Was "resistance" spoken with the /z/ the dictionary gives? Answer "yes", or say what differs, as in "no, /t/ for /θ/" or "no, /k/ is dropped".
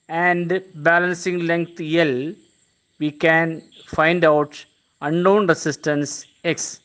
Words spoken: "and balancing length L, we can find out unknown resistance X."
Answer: no, /s/ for /z/